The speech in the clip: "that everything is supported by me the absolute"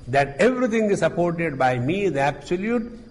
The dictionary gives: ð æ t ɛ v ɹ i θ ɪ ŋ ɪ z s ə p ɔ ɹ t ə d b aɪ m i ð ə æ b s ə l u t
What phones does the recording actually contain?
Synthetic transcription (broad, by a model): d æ t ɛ v ɹ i t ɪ ŋ ɪ z s ə p ɔ ɹ t ə d b aɪ m i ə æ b s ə l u t